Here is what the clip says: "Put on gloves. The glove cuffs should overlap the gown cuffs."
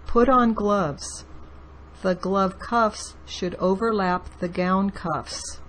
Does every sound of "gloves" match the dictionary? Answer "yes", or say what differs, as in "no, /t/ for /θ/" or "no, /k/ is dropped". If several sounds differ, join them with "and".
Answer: yes